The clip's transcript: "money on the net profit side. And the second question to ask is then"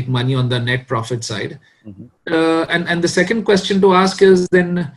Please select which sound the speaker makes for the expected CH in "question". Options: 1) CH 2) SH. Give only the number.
1